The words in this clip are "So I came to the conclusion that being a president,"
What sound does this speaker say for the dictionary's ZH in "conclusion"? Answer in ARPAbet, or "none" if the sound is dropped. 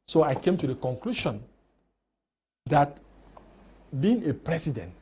SH